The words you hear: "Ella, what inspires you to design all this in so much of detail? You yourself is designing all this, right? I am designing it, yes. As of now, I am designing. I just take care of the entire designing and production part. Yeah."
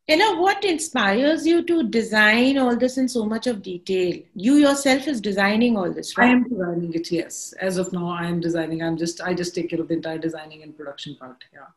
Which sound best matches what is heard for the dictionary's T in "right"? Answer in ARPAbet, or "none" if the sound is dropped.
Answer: none